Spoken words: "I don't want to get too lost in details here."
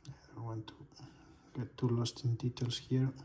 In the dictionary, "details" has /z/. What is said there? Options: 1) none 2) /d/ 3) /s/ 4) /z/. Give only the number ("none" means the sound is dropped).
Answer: 3